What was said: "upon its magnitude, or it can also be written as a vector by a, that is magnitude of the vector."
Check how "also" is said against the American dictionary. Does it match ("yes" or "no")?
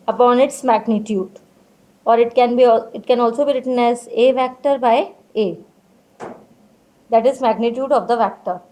yes